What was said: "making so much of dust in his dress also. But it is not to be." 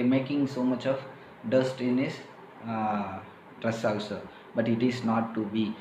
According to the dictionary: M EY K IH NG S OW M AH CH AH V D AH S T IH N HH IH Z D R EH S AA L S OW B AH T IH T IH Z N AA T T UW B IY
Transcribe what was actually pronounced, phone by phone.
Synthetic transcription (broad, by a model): M EY K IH NG S OW M AH CH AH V D AH S T IH N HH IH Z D R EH S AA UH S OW B AH T IH T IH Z N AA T T UW B IY